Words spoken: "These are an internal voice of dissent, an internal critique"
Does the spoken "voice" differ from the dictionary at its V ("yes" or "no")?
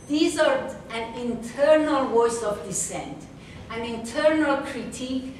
yes